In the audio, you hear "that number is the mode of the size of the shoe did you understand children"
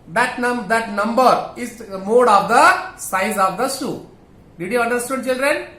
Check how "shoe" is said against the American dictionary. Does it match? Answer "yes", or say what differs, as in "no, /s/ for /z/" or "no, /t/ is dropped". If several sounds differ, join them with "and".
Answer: no, /s/ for /ʃ/